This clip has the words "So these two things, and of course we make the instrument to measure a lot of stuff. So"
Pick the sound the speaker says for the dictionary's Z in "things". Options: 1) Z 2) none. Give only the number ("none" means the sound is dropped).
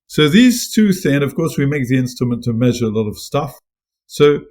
2